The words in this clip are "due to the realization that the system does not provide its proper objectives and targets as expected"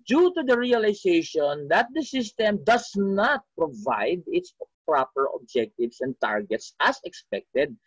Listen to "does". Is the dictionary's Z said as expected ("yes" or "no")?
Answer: no